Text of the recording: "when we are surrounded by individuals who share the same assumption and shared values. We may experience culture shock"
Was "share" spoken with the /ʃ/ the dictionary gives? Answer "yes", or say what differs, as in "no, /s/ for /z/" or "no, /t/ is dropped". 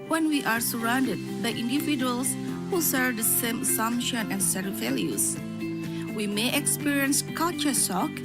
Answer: no, /s/ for /ʃ/